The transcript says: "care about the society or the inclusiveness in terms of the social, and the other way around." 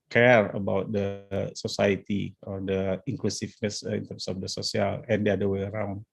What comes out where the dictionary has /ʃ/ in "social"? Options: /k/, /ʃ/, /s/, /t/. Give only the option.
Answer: /s/